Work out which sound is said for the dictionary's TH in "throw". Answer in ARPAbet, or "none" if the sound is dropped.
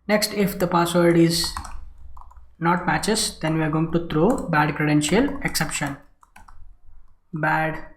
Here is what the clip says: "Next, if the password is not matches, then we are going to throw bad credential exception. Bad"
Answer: T